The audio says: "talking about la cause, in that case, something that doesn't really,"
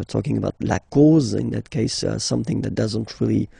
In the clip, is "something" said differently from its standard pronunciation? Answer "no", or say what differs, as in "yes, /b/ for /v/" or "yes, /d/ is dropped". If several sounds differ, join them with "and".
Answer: no